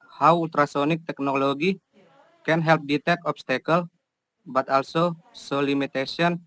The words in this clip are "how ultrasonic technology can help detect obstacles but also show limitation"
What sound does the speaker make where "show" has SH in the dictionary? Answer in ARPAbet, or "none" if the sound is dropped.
S